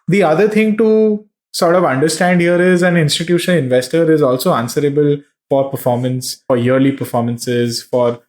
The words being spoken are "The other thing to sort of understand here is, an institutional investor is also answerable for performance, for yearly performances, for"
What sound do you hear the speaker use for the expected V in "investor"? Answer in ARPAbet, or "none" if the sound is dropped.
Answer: V